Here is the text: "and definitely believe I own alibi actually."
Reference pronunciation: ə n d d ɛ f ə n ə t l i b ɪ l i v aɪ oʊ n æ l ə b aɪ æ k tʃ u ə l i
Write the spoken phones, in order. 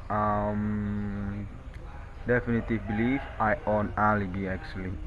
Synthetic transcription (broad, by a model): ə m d d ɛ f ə n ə t i b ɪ l i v aɪ oʊ n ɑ l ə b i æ k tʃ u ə l i